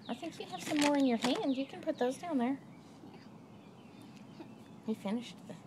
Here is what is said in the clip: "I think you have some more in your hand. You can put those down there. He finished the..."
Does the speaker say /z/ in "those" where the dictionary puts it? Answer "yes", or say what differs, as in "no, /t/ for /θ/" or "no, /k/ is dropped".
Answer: yes